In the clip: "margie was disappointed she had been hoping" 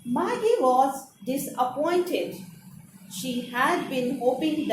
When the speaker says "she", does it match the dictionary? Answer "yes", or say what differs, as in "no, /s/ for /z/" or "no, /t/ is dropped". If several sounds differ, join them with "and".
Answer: yes